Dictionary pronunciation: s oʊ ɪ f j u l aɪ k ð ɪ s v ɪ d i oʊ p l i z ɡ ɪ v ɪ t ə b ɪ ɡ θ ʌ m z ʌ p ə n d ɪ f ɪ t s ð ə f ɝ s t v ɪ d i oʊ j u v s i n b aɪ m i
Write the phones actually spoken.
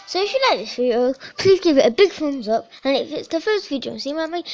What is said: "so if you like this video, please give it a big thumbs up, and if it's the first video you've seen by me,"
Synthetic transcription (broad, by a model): s oʊ ɪ f j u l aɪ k ð ɪ s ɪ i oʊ p l i z ɡ ɪ v ɪ t ə b ɪ ɡ f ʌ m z ʌ p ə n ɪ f ɪ t s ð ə f ɝ s t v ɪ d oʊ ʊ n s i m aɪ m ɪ